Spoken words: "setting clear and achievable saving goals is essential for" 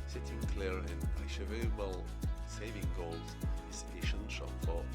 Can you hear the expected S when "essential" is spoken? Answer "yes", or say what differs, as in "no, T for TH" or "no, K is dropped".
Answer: no, SH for S